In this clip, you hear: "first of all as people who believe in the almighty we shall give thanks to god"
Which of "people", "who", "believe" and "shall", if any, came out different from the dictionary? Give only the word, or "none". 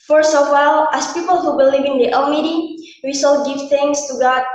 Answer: shall